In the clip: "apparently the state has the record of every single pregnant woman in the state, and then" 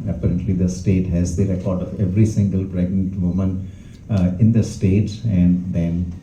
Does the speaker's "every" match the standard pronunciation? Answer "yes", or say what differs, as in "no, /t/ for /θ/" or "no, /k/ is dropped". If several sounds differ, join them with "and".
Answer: yes